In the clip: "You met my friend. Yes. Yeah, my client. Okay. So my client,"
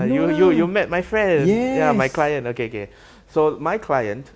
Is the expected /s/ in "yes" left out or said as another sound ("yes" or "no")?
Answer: yes